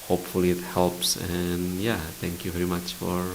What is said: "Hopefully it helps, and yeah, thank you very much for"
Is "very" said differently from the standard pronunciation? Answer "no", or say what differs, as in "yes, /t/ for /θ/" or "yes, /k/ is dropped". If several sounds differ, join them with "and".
no